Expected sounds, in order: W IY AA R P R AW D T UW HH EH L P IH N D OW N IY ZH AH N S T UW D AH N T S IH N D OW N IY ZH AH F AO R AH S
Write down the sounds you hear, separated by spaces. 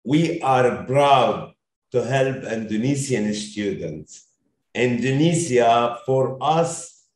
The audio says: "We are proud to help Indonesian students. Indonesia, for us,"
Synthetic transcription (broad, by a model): W IY AA R B R AW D T UW HH EH L P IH N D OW N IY S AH N S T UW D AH N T S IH N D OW N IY S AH F AO R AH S